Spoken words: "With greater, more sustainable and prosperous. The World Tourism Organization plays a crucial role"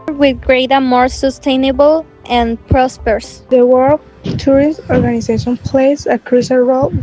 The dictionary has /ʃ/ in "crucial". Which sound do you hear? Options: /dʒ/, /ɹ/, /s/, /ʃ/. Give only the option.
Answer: /s/